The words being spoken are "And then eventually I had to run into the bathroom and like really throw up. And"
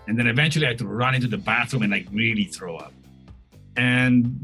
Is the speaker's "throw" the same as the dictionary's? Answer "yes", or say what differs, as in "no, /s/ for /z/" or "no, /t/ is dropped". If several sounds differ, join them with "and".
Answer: yes